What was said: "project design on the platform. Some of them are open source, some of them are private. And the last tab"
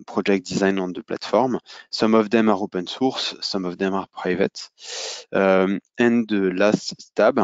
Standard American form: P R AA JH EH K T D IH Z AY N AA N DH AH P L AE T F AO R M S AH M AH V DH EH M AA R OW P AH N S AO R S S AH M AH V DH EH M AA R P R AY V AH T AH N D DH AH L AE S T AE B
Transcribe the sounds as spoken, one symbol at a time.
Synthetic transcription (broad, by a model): P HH AA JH EH K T D IH Z AY N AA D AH P L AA T F AO R M S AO M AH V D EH M AA R OW P AH N S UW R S S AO M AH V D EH M AA R P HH AY V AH T AH N D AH L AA S T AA B